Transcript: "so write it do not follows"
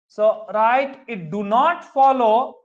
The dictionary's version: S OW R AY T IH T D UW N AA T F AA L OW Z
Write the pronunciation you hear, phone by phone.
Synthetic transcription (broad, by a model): S OW R AY T IH T D UW N AA T F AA L OW